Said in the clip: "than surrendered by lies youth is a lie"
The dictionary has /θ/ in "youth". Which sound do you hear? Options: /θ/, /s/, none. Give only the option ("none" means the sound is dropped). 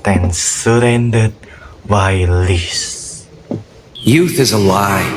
/θ/